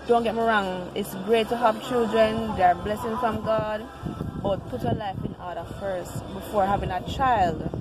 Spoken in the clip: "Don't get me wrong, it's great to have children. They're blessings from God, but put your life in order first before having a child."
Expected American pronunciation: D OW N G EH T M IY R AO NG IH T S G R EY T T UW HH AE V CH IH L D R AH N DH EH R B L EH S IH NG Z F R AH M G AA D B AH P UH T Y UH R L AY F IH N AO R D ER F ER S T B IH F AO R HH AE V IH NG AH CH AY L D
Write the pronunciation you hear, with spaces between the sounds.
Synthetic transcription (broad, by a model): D OW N G EH T M IY R AO NG IH T S G R EY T T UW HH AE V CH IH L D R AH N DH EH R B L EH S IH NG F R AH M G AA D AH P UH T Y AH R L AY F IH N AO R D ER F ER S T B IH F AO R HH AE V IH NG AH CH AY L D